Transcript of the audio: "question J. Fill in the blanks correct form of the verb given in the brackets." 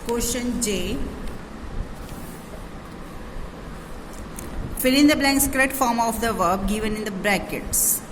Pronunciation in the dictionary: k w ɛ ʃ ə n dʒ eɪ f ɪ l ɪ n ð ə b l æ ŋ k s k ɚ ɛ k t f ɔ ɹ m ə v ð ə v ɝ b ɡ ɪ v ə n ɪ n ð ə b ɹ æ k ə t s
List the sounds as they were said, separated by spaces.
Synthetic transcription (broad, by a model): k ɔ ʃ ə n dʒ eɪ f ɪ l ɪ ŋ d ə b l æ ŋ k s k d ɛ t f ɔ ɹ m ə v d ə v ɝ b ɡ ɪ v ə n ɪ n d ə b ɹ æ k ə t s